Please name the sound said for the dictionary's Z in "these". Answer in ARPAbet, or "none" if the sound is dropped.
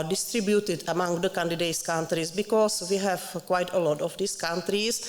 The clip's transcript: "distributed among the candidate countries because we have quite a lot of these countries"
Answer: S